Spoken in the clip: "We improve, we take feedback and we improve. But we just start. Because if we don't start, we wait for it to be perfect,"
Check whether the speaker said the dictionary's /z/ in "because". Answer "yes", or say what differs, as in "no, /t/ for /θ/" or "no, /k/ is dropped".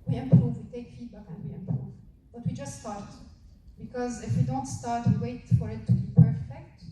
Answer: yes